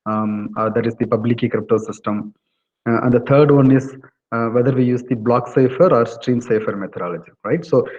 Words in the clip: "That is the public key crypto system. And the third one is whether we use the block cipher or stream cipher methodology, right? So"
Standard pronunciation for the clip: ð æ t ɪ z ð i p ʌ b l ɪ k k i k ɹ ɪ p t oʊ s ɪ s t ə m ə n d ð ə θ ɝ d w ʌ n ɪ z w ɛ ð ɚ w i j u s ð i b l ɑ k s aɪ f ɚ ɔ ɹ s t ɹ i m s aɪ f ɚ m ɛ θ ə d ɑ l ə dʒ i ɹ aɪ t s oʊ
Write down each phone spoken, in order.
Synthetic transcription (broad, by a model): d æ t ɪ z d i p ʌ b l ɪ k k i k ɹ ɪ p t oʊ s ɪ s t ə m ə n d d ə t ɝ d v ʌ n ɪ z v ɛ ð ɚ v i j u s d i b l ɑ k s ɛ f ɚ ɔ ɹ s t ɹ i m s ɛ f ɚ m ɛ t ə d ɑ l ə dʒ i ɹ aɪ t s oʊ